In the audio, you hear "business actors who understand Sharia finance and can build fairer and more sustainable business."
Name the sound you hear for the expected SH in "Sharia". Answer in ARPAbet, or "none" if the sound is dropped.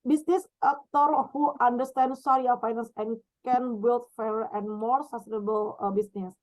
S